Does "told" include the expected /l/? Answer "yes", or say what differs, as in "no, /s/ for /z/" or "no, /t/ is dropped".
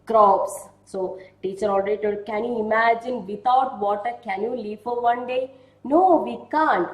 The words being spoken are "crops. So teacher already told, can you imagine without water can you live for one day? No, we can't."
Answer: no, /l/ is dropped